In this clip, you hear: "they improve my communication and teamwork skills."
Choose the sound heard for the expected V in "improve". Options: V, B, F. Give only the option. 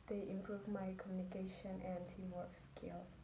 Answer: V